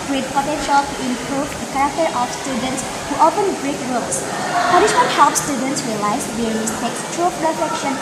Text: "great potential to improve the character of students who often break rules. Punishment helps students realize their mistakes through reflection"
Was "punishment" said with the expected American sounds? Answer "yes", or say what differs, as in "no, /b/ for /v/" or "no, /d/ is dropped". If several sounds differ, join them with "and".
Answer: no, /m/ is dropped